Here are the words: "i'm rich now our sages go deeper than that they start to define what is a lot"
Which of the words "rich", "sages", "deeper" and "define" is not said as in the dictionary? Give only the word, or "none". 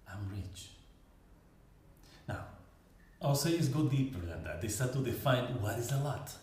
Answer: sages